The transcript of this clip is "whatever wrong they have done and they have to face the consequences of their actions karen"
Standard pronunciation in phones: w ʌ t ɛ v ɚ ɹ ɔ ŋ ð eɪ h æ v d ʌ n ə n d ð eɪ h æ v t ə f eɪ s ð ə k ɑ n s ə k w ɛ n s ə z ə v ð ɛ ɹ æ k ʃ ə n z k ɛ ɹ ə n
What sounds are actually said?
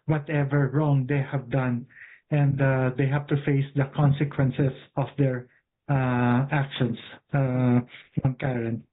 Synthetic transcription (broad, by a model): w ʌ t ɛ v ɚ ɹ ɔ ŋ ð eɪ h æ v d ʌ n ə n d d eɪ h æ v t ə f eɪ s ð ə k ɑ n s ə k w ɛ n s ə s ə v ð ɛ ɹ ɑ k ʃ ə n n k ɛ ɹ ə n